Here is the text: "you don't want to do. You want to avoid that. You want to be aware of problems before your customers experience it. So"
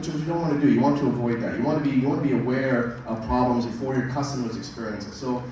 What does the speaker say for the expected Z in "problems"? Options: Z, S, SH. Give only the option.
Z